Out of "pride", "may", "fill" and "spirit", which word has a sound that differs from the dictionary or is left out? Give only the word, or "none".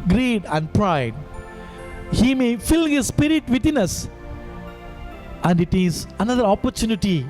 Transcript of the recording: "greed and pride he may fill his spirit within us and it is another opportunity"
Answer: none